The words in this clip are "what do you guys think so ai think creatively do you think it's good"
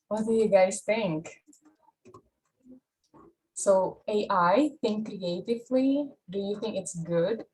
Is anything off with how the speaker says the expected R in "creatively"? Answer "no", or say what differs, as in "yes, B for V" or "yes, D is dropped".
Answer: no